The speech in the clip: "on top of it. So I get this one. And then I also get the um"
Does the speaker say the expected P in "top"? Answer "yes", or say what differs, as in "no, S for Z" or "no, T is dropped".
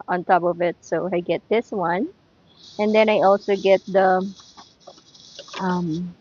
yes